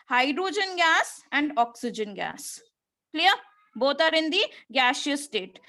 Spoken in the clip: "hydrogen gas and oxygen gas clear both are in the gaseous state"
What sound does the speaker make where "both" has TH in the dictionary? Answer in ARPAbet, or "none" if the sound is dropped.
T